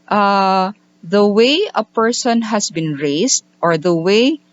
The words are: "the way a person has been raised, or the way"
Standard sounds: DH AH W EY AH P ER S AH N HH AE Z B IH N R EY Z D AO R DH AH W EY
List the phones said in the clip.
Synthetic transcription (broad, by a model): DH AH W EY AH P ER S AH N HH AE S B IH N R EY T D AO R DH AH W EY